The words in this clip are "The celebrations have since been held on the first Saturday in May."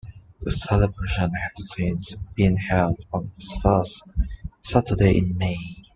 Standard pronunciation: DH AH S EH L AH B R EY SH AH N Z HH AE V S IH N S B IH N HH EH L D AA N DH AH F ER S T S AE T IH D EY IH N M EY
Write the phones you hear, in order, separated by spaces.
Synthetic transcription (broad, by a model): DH AH S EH L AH B R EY SH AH N HH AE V S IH N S B IH N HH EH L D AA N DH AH F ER S T S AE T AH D EY IH N M EY